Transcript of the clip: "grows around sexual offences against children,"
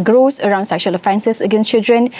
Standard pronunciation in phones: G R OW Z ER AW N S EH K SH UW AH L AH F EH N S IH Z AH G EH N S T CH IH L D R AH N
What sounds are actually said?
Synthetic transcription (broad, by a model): G R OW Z ER AW N S EH K SH UW AH L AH F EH N S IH S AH G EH N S CH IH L D R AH N